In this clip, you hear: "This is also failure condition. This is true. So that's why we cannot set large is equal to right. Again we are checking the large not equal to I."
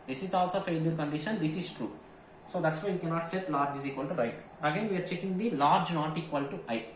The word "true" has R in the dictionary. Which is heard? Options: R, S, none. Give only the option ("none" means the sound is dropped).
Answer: R